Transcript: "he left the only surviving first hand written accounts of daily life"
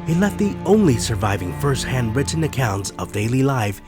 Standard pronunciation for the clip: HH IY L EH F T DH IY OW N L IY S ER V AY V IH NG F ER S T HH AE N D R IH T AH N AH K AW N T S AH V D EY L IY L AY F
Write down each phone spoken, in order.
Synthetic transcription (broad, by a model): HH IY L EH T DH IY OW N L IY S ER V AY V IH NG F ER S T HH AE N D R IH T N AH K AW N T S AH V D EY L IY L AY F